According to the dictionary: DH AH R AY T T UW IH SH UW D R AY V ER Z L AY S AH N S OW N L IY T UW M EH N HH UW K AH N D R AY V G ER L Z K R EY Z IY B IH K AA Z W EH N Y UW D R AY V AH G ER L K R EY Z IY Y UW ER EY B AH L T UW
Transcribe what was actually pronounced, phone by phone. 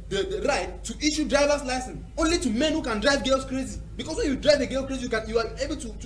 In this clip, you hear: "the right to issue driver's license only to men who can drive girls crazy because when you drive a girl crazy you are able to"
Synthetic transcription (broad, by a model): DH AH R AY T T UW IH SH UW D R AY V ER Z L AY S AH N S OW N L IY T UW M EH N HH UW K AH N D R AY V G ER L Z K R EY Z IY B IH K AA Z W EH N Y UW D R AY V AH G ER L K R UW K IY Y UW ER EY B AH L T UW